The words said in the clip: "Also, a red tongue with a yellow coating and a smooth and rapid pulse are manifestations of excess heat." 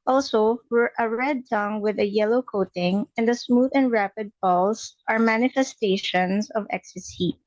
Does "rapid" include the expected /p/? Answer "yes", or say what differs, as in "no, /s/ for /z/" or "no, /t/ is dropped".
yes